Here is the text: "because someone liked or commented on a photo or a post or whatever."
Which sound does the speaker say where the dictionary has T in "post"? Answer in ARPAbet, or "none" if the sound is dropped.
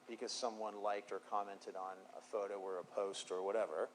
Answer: T